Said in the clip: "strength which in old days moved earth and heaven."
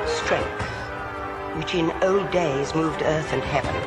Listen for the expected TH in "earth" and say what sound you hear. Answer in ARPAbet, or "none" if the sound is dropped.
TH